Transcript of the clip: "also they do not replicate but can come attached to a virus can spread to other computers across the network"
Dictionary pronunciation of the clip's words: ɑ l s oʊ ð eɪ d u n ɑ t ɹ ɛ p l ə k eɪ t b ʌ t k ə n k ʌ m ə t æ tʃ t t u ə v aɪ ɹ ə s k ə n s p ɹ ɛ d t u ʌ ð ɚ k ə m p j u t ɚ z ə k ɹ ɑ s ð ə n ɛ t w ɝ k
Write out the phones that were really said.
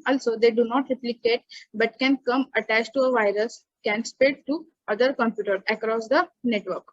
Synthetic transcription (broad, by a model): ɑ l s oʊ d eɪ d u n ɑ t ɹ ɛ p l ə k eɪ t b ʌ t k ə n k ʌ m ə t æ tʃ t t u ə v aɪ ɹ ə s k ə n s p ɛ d t u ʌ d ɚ k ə m p j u t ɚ ə k ɹ ɑ s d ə n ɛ t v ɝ k